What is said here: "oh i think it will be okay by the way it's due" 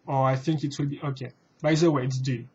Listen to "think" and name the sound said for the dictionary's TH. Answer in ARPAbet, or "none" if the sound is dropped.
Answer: TH